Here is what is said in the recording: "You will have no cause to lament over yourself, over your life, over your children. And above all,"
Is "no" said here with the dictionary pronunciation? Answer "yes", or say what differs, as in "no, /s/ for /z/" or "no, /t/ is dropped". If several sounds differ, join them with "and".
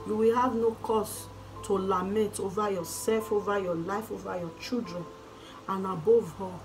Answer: yes